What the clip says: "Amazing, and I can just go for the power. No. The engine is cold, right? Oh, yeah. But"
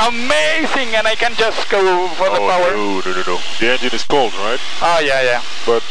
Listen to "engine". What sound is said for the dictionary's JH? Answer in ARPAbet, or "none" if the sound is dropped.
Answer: JH